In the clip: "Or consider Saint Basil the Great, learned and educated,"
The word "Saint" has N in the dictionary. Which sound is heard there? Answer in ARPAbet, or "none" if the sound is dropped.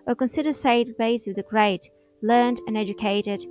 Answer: none